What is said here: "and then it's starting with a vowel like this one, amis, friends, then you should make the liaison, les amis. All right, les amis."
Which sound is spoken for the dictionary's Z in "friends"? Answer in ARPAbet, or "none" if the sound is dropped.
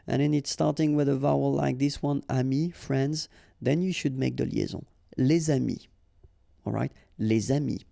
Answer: Z